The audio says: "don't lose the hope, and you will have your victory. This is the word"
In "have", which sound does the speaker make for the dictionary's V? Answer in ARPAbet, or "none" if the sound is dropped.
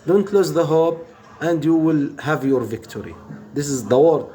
V